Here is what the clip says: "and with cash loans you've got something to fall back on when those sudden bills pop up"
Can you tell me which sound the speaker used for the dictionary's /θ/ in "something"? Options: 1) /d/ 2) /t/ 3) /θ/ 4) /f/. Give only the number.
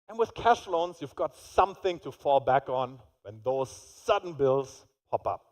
3